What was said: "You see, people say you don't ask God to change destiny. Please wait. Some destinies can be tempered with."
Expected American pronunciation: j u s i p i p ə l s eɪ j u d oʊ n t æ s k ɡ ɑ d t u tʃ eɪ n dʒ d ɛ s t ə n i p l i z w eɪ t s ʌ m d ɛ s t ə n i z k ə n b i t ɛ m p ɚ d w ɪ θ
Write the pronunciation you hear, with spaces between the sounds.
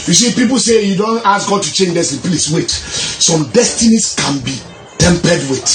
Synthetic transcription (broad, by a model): j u s i p i p ə l s eɪ j u d oʊ n t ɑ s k ɡ ɑ d t u tʃ eɪ n dʒ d ɛ s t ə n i p l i s w eɪ t s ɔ m d ɛ s t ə n i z k ə n b i t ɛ m p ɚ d w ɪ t